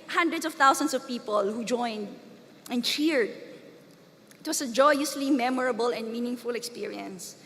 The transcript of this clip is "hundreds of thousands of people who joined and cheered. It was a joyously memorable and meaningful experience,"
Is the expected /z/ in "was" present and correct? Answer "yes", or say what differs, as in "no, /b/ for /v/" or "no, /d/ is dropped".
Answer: no, /s/ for /z/